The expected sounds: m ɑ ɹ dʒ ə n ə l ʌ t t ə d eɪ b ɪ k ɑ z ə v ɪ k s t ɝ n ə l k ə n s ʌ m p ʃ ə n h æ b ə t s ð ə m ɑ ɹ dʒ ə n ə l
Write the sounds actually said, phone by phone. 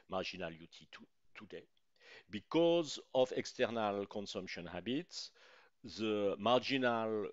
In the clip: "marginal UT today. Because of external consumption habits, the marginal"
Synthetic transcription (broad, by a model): m ɑ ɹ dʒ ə n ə l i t t ə d eɪ b ɪ k ɑ z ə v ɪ k s t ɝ n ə l k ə n s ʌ m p ʃ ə n h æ b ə t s ð ə m ɑ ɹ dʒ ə n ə l